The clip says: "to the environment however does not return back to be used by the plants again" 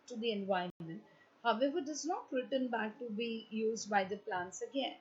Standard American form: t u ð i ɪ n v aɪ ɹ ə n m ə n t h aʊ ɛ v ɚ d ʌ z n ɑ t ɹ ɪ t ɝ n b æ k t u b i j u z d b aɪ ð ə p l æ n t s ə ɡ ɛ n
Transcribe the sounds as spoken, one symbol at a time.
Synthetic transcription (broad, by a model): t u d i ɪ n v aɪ ə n m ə n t h aʊ ɛ v ɚ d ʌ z n ɑ t ɹ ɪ t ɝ n b æ k t u b i j u z d b aɪ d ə p l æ n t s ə ɡ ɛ n